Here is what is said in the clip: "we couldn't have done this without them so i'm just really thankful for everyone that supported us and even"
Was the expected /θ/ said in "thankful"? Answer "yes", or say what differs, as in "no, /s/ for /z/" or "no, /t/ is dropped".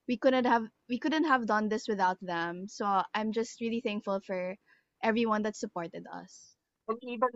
yes